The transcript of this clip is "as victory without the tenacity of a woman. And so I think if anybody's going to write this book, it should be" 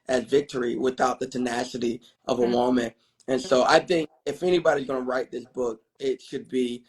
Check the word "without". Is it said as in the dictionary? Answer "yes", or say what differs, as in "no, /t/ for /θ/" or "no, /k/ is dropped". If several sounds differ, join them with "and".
yes